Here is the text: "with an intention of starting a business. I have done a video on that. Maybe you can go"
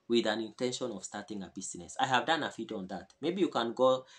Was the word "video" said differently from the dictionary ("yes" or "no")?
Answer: yes